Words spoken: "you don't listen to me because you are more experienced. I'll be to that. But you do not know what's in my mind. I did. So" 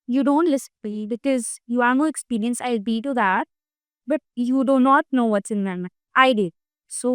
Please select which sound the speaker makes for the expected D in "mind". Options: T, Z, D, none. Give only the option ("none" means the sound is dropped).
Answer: none